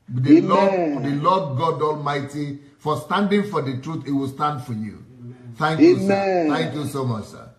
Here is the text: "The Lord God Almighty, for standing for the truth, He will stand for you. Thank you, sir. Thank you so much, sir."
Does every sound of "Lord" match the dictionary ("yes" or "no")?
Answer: no